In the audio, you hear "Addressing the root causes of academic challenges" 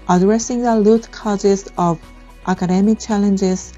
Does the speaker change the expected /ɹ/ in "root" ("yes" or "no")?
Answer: yes